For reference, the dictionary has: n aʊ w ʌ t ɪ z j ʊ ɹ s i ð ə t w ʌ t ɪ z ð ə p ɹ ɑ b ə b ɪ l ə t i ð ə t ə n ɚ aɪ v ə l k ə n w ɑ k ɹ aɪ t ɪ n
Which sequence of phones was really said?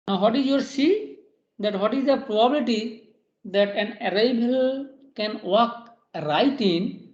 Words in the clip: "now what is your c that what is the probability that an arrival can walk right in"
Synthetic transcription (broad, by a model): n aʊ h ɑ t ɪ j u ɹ s i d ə t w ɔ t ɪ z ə p ɹ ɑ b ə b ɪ l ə t i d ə t ə n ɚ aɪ b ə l k ə n w ɑ k ɹ aɪ t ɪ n